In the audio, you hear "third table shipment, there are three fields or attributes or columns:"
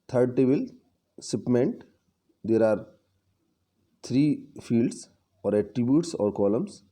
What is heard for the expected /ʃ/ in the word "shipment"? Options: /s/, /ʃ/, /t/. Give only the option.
/s/